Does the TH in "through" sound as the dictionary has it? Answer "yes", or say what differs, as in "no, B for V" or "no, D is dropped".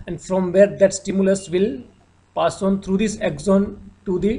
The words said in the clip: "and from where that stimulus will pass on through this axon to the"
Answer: no, T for TH